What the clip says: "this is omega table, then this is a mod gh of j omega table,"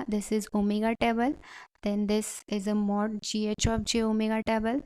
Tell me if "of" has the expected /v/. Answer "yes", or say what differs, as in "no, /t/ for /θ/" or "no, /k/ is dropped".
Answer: no, /p/ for /v/